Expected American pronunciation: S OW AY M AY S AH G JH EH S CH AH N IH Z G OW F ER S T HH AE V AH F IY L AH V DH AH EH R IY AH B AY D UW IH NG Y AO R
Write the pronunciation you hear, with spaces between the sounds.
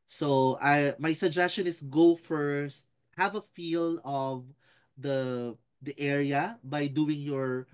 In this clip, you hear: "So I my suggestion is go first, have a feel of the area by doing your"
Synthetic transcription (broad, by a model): S OW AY M AY S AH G JH EH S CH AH N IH S G OW F ER S T HH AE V AH F IY L AH V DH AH EH R IY AH B AY D UW IH NG Y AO R